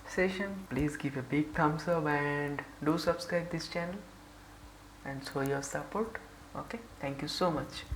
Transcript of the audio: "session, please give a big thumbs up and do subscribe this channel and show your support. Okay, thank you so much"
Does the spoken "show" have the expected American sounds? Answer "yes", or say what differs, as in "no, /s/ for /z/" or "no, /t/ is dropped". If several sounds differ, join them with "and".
no, /s/ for /ʃ/